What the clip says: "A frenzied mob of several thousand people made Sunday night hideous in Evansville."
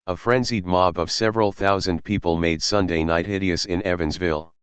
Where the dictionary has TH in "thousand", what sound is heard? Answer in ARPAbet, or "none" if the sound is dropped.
TH